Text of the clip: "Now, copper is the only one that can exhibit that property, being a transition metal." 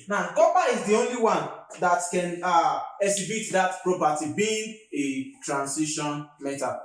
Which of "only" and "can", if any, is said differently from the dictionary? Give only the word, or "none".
none